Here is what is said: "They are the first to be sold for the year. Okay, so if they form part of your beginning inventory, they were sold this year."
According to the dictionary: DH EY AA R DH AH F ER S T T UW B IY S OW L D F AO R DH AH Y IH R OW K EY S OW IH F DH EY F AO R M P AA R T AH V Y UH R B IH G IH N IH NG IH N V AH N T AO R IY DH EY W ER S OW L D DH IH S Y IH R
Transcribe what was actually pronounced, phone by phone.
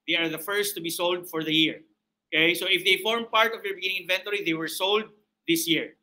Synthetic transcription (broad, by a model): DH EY AA R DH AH F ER S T T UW B IY S OW L D F AO R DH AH Y IH R OW K EY S OW IH F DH EY F AO R M P AA R T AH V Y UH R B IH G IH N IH NG IH N V AH N T AO R IY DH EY W ER S OW L D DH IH S Y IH R